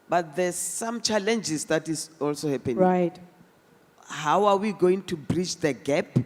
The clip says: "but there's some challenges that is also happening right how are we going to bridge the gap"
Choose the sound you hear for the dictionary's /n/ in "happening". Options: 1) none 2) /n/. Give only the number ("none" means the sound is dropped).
1